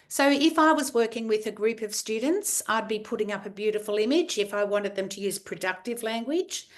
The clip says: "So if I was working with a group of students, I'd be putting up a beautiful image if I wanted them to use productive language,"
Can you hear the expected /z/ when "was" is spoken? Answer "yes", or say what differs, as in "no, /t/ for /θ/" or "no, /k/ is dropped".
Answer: yes